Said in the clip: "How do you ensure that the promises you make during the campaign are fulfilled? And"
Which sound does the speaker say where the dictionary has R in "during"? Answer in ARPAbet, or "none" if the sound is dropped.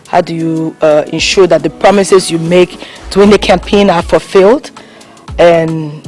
none